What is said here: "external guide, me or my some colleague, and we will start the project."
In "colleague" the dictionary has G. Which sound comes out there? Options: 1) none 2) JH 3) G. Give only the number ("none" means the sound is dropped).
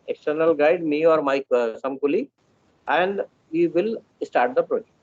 1